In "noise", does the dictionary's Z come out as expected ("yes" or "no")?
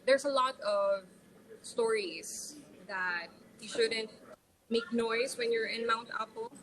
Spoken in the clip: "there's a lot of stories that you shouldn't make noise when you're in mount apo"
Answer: no